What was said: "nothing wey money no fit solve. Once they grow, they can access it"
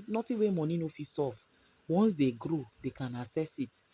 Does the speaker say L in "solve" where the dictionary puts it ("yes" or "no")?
no